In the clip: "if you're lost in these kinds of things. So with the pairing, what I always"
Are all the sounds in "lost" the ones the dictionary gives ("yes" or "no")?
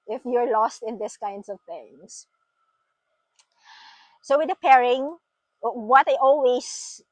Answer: yes